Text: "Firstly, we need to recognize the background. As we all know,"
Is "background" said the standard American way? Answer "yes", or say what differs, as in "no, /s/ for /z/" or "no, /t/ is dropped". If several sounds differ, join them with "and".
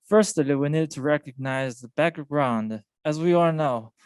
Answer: yes